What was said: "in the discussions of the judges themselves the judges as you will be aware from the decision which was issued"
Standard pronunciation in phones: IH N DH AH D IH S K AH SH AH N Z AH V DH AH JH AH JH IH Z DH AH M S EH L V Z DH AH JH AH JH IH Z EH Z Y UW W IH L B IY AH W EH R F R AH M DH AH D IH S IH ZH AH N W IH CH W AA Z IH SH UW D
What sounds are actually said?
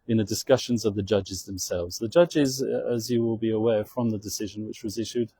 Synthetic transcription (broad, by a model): IH N DH AH D IH S K AH SH AH N Z AH V DH AH JH AH JH IH Z DH AH M S EH L V Z DH AH JH AH JH IH Z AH Z Y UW W IH L B IY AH W EH F R AH M DH AH D IH S IH ZH AH N W IH CH W AA Z IH SH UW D